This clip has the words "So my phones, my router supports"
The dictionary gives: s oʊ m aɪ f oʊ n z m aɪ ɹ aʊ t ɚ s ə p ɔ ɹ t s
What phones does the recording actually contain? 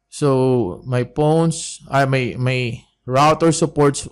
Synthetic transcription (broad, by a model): s oʊ m aɪ p oʊ n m m aɪ ɹ aʊ t ɚ s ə p ɔ ɹ t s